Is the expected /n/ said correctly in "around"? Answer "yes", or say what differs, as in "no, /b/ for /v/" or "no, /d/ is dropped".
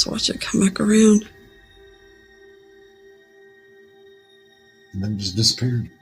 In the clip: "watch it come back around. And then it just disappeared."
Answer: no, /n/ is dropped